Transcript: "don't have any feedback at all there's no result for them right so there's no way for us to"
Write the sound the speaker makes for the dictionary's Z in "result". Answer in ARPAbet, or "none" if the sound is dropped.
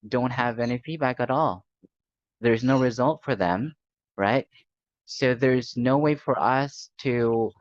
Z